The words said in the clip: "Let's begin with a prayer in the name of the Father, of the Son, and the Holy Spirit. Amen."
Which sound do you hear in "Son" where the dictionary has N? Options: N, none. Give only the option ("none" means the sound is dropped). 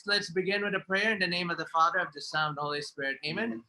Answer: none